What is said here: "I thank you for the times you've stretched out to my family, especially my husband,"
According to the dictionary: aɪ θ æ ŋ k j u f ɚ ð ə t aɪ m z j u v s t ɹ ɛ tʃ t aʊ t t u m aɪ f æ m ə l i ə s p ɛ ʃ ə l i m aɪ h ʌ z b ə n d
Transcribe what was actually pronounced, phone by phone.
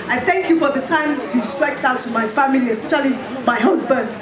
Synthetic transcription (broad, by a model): aɪ θ æ ŋ k j u f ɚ ð ə t aɪ m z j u s t ɹ ɛ tʃ t aʊ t t u m aɪ f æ m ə l i ə s p ɛ ʃ ə l i m aɪ h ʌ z b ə n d